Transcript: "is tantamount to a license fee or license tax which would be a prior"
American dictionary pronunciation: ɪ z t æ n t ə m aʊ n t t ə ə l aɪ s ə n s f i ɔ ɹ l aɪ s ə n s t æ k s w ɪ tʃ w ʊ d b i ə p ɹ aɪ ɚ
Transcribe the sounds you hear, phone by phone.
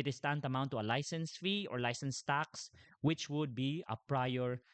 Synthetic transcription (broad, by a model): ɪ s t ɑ n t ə m aʊ n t t ə ə l aɪ s ə n s f i ɔ ɹ l aɪ s ə n s t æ k s w ɪ tʃ w ʊ d b i ə p ɹ aɪ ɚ